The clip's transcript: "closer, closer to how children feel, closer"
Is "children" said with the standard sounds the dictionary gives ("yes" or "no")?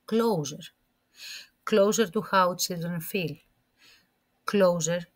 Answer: no